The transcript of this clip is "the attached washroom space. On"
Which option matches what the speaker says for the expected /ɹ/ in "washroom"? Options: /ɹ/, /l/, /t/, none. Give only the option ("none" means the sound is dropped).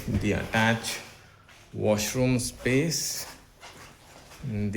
/ɹ/